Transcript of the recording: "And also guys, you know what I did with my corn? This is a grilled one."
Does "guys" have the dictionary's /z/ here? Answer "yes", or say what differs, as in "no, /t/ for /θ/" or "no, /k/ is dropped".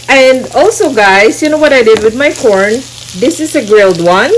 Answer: no, /s/ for /z/